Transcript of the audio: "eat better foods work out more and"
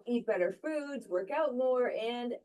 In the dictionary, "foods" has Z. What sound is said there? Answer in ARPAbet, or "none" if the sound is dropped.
Z